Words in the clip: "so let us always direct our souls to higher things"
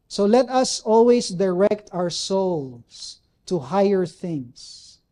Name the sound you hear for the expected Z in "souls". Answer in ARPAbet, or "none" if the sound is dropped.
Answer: S